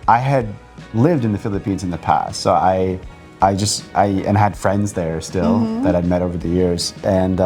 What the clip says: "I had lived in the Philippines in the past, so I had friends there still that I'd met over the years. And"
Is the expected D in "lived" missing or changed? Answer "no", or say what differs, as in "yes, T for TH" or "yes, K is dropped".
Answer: no